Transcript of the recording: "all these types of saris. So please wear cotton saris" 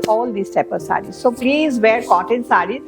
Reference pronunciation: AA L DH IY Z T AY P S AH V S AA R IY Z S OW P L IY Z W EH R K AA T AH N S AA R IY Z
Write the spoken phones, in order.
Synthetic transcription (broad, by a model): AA L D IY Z T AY P AH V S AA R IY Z S OW P L IY Z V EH R K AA T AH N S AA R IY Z